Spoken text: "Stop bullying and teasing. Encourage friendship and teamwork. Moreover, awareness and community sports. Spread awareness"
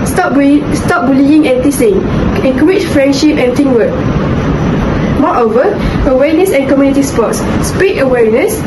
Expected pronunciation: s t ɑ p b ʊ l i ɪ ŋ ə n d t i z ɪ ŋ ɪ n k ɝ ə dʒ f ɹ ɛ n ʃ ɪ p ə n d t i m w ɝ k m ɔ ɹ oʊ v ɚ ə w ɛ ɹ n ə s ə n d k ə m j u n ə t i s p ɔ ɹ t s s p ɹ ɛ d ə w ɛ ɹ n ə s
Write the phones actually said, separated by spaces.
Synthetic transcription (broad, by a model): s t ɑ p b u l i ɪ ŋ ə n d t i s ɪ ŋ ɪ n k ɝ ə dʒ f ɹ ɛ n ʃ ɪ p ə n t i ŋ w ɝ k m ɔ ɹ oʊ v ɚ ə w ɛ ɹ n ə s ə n k ə m j u n ə t i s p ɔ t s s p i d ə w ɛ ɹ n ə s